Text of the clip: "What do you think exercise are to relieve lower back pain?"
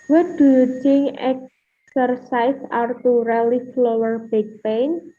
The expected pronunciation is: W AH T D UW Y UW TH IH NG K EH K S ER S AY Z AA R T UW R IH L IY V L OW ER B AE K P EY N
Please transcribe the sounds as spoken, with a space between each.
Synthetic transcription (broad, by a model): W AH D UW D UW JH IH NG EH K S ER S AY S AA R T UW R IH L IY F L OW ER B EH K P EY N